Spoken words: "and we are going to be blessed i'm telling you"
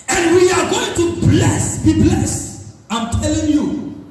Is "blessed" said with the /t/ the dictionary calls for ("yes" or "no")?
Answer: no